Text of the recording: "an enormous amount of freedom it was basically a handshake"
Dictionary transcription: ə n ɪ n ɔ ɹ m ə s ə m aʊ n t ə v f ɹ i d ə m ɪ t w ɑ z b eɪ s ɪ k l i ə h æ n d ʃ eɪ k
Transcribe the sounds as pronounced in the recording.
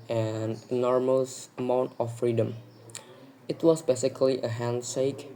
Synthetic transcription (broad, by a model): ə n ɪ n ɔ ɹ m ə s ə m aʊ n t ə f f ɹ i d ə m ɪ t w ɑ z b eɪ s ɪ k l i ə h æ n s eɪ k